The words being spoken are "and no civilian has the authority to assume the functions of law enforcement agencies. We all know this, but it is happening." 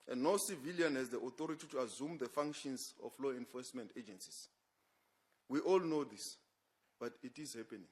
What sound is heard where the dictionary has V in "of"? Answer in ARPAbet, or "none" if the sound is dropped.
F